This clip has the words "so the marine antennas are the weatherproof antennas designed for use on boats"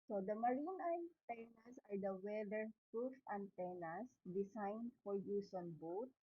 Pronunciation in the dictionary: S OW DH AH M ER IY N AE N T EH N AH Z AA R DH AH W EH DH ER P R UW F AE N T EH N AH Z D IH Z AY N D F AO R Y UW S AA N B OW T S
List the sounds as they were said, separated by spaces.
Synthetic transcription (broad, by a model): S OW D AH M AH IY N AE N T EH N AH S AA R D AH W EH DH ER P R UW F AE N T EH N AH S D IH S AY N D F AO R Y UW S AA N B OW T